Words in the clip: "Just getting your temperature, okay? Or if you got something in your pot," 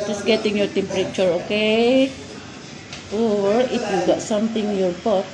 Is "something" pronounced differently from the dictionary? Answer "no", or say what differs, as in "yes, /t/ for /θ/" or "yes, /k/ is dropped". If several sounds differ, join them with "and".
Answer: yes, /t/ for /θ/